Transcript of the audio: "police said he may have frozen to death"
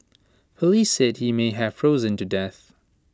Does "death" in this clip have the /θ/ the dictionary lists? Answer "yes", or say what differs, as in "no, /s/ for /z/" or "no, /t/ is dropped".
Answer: yes